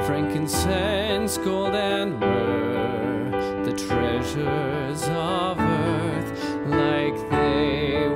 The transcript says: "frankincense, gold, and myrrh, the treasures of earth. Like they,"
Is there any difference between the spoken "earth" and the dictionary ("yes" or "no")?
no